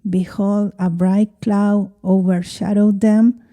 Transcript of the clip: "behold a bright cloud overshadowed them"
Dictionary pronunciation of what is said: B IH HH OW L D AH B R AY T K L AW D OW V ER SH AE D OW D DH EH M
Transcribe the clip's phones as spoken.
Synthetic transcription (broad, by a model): B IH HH OW L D AH B R AY T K L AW OW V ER SH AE D OW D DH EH M